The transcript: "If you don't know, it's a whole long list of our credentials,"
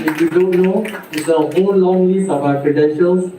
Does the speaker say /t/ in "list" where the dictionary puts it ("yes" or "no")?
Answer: no